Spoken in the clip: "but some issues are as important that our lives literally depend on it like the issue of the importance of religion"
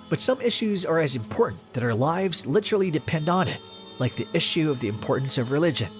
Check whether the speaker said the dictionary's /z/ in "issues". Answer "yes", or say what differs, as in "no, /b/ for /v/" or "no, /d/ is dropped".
yes